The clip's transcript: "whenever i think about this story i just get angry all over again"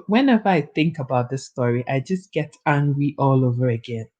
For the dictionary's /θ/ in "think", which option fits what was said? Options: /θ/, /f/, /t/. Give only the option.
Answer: /θ/